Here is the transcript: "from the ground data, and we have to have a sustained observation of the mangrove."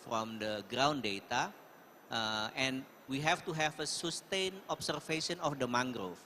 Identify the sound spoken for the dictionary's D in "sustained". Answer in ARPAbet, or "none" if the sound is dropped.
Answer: none